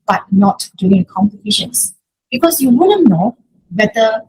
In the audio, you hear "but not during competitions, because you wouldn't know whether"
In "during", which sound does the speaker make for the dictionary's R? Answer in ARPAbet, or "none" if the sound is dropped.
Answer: none